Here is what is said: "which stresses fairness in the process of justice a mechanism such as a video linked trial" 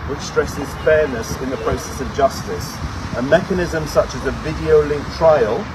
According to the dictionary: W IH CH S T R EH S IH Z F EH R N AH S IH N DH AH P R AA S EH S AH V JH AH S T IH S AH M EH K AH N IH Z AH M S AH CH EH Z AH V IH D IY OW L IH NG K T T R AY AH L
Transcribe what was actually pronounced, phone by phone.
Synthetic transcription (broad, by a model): W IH CH S T R EH S IH Z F EH N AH S IH N DH AH P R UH S EH S AH V JH AH S T IH S AH M EH K AH N IH Z AH M S AH CH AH Z AH V IH D IY OW L IH NG K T T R AY AH L